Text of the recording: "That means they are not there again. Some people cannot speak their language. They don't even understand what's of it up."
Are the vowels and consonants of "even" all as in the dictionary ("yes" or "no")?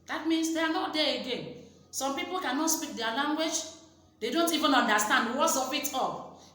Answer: yes